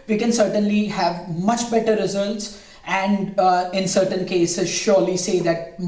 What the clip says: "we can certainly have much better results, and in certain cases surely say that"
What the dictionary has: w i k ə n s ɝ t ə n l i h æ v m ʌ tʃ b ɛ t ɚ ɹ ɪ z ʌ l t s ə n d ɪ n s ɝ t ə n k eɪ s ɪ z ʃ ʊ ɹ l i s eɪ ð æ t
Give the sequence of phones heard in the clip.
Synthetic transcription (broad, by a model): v i k ə n s ɝ t ə n l i h æ v m ʌ tʃ b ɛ t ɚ ɹ ɪ z ʌ l t s ə n d ɪ n s ɝ t ə n k eɪ s ɪ z ʃ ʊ ɹ l i s eɪ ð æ t